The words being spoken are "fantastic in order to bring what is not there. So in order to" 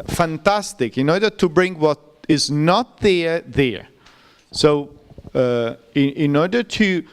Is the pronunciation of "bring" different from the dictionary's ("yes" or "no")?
no